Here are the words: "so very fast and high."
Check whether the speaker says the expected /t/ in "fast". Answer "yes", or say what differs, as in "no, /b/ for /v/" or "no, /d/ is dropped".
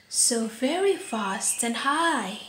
yes